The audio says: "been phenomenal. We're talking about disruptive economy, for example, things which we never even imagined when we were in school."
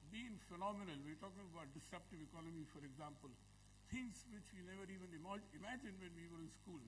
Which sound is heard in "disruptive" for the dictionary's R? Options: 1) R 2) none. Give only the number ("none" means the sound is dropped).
2